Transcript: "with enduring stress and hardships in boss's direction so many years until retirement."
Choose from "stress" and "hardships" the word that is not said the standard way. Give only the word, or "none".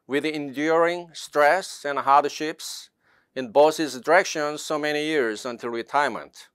none